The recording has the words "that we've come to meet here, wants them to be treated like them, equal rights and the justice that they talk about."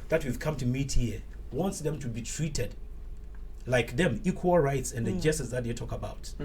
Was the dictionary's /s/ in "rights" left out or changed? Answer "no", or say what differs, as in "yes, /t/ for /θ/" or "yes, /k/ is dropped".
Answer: no